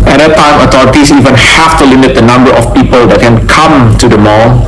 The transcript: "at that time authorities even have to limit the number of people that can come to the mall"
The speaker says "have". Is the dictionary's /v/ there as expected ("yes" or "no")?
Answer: no